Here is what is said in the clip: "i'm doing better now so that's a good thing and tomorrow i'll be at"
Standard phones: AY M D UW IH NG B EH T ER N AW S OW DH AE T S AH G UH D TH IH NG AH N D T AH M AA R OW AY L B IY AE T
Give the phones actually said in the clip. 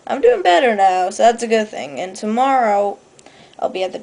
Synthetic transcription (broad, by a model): AY M D UW IH NG B EH T ER N AW S OW DH AE T S AH G UH D TH IH NG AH N T AH M AA R OW AY L B IY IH T